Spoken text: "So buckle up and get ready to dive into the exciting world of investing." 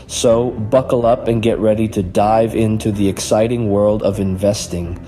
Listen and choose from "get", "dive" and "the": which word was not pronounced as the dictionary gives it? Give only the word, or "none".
none